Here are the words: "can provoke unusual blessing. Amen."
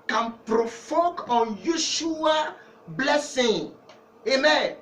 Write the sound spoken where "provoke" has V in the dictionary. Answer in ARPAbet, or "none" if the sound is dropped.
F